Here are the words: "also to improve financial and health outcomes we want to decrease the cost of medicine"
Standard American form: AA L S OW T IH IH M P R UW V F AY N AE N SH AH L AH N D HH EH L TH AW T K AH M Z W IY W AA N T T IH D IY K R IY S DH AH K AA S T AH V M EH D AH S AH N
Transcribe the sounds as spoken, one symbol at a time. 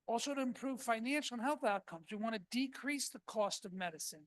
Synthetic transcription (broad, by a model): AA L S OW T IH IH M P R UW V F AY N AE N SH L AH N HH EH L TH AW T K AH M Z W IY W AA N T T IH D IY K R IY S DH AH K AA S T AH V M EH D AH S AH N